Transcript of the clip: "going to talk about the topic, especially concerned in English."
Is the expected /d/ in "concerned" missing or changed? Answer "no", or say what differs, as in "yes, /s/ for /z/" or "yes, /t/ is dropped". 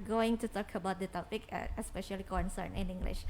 yes, /d/ is dropped